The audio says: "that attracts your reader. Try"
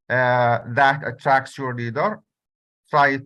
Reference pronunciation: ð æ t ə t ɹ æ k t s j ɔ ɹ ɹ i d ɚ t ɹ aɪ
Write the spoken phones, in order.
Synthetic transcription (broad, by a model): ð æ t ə t ɹ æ k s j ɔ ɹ l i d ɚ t ɹ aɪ